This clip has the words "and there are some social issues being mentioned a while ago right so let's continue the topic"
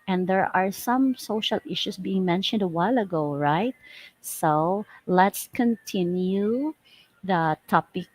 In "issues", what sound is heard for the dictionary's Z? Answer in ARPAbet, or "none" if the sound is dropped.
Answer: S